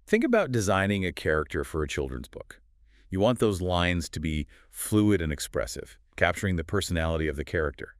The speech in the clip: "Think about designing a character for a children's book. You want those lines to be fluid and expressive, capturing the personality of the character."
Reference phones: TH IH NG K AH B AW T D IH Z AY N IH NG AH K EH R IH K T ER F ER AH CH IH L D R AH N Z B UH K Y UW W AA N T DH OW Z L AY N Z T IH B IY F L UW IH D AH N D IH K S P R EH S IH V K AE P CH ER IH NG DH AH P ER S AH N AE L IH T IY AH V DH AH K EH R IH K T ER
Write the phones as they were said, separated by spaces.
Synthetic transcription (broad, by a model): TH IH NG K AH B AW T D IH Z AY N IH NG AH K EH R IH K T ER F ER AH CH IH L D R AH N Z B UH K Y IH W AA N DH OW Z L AY N Z T IH B IY F L UW IH D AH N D IH K S P R EH S IH V K AE P CH ER IH NG DH AH P ER S AH N AE L IH T IY AH V DH AH K EH R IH K T ER